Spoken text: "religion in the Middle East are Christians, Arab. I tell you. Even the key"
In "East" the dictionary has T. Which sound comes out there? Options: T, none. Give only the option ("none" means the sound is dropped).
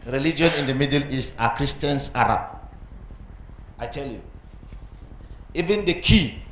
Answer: none